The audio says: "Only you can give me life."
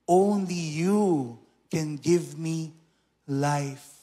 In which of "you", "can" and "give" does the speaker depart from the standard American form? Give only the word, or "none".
none